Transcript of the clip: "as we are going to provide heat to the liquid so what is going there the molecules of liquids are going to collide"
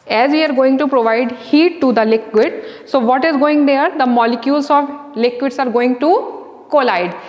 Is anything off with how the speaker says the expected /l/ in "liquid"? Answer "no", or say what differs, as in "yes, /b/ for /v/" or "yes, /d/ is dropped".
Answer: no